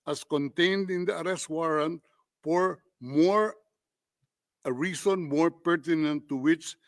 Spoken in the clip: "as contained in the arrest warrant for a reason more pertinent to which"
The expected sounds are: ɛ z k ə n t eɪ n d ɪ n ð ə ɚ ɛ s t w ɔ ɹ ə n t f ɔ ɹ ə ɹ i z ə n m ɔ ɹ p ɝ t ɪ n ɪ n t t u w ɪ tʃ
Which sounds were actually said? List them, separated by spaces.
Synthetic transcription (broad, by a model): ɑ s k ə n t eɪ n d ɪ n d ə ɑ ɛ s t w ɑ ɹ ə n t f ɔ ɹ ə ɹ i s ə n m ɔ ɹ p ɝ t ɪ n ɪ n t t u w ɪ tʃ